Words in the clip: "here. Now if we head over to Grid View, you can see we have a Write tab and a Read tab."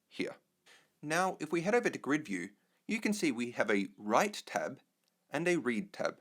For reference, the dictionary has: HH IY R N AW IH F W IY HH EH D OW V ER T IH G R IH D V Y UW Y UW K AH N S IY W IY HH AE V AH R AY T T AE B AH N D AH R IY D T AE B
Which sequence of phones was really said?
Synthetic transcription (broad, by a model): HH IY R N AW IH F W IY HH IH D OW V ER T IH G R IH D V Y UW Y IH K AH N S IY W IY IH V AH R AY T T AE B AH N AH R IY D T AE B